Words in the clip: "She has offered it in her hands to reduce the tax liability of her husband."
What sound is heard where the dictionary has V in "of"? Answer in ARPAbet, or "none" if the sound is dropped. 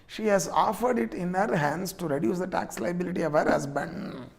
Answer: V